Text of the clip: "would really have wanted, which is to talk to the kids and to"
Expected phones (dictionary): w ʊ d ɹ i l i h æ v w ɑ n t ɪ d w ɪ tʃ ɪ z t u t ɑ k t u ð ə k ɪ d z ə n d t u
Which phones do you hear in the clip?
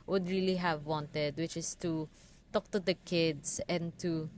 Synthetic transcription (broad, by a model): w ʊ d ɹ i l i h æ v w ɑ n t ɪ d w ɪ tʃ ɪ s t u t ɑ k t u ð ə k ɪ d s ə n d t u